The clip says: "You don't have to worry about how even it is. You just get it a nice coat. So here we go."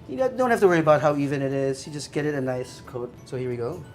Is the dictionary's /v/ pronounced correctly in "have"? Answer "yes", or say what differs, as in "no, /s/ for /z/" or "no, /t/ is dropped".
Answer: no, /f/ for /v/